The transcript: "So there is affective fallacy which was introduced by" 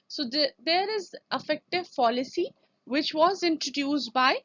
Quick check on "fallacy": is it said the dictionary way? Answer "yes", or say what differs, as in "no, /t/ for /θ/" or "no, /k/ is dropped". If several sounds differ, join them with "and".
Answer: no, /p/ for /f/